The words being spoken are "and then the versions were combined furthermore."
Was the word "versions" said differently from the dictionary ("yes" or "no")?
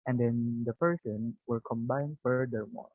yes